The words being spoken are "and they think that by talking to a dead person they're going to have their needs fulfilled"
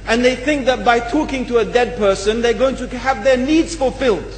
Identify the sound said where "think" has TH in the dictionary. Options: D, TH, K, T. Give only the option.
TH